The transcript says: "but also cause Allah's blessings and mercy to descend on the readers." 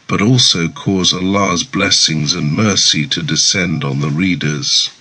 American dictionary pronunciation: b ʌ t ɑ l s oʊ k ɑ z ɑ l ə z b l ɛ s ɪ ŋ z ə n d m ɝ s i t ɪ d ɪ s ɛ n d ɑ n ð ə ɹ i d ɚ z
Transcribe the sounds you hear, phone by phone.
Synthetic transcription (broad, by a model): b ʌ t ɑ l s oʊ k ɑ z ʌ l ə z b l ɛ s ɪ ŋ z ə n m ɝ s i t ɪ d ɪ s ɛ n d n ð ə ɹ i d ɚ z